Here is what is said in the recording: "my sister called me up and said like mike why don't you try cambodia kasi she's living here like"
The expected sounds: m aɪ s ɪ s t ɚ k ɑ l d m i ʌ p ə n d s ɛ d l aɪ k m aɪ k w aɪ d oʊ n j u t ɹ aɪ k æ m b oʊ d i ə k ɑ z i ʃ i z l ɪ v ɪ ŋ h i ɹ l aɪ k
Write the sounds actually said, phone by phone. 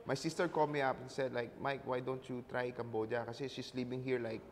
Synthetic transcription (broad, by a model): m aɪ s ɪ s t ɚ k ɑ l m i ʌ p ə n s ɛ d l aɪ k m aɪ k w aɪ d oʊ n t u t ɹ aɪ k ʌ m b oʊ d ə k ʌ s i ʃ i s l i p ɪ ŋ h i ɹ l aɪ k